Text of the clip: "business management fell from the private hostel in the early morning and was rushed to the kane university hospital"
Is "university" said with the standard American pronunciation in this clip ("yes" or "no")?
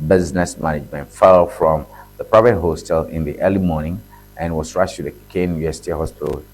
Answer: no